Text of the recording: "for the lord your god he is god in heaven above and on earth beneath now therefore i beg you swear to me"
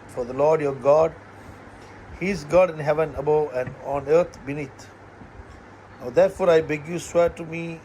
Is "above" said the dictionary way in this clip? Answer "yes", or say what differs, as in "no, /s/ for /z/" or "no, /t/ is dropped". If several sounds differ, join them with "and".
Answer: no, /v/ is dropped